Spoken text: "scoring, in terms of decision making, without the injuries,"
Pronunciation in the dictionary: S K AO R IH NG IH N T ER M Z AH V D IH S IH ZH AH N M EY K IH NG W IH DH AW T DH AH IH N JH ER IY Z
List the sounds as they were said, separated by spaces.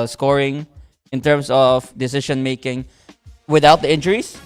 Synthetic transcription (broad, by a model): S K AO R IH NG IH N T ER M S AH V D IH S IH SH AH N M EY K IH NG W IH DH AW T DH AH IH N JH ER IY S